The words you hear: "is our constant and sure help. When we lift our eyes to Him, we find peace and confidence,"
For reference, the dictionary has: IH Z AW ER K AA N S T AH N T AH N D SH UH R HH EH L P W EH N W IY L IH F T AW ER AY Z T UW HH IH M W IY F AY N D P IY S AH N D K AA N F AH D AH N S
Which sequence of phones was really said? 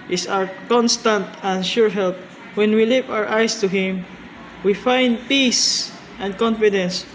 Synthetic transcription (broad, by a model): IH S AW ER K AA N S T AH N T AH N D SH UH R HH EH L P W EH N W IY L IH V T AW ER AY S T UW HH IH M W IY F AY N D P IY S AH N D K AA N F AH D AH N S